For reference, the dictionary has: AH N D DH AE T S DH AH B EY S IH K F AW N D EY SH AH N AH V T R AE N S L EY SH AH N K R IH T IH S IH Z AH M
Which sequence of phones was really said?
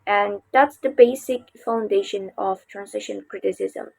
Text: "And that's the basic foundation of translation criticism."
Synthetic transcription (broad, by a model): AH N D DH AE T S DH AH B EY S IH K F AW N D EY SH AH N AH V T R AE N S IH SH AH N K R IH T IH S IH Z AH M